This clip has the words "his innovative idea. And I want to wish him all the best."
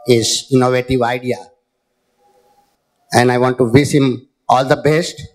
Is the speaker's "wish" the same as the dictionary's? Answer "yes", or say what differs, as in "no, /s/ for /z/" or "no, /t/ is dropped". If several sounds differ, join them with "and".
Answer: no, /s/ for /ʃ/